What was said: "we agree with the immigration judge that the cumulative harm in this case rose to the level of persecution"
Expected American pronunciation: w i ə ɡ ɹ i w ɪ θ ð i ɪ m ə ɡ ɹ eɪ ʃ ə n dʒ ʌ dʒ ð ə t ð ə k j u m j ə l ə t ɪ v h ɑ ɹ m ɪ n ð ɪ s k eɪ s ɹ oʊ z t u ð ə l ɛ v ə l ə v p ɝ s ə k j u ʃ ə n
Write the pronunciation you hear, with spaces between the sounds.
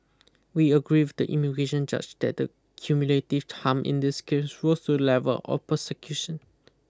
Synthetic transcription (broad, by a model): w i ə ɡ ɹ i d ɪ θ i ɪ m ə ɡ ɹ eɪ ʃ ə n dʒ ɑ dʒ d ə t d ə k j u m j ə l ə t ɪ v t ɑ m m ɪ n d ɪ s k eɪ s w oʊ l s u l ɛ v ə l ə p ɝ s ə k j u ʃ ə n